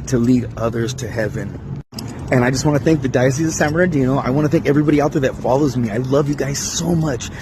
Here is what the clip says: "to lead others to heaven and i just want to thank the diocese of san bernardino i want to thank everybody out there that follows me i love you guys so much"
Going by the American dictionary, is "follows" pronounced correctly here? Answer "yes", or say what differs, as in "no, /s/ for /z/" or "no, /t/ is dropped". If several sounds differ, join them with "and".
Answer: yes